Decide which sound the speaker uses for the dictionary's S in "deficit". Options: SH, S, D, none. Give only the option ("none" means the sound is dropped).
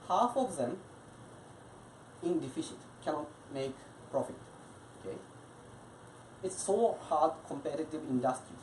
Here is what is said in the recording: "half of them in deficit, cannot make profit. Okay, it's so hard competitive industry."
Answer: SH